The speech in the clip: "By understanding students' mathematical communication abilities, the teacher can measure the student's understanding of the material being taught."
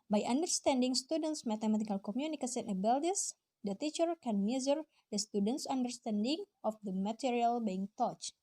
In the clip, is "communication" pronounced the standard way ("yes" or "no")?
no